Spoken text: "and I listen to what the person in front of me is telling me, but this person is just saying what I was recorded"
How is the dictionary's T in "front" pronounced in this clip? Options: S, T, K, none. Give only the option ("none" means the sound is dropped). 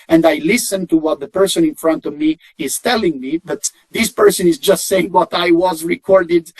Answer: T